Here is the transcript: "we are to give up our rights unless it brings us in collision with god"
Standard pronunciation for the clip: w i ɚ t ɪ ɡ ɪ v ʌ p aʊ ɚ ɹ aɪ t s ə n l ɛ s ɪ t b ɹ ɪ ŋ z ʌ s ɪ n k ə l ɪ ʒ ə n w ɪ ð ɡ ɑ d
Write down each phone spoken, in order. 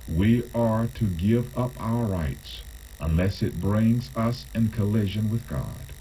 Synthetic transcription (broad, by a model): w i ɚ t ɪ ɡ ɪ v ʌ p aʊ ɚ ɹ aɪ t s ə n l ɛ s ɪ t b ɹ ɪ ŋ z ʌ s ɪ n k ə l ɪ ʒ ə n w ɪ ð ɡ ɑ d